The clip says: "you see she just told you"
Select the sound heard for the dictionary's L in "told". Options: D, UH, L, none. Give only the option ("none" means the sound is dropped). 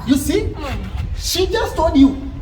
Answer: none